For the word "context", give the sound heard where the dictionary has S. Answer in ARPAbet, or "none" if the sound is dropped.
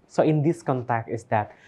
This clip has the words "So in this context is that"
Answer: none